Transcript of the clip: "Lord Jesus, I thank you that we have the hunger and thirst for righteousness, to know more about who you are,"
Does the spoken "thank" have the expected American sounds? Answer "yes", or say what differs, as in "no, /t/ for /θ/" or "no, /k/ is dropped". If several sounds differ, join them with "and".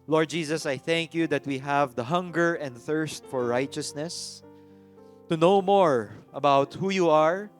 yes